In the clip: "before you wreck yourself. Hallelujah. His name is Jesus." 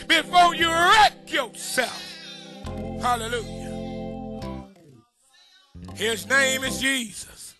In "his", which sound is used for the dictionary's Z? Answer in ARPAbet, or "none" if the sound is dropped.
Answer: Z